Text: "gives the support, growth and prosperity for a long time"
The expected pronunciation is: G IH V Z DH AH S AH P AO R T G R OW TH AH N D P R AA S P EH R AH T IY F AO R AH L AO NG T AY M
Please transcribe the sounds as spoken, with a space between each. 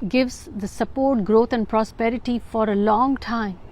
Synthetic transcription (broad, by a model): G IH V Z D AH S AH P AO R T G R OW T AH N D P R AA S P EH R AH T IY F AO R AH L AO NG T AY M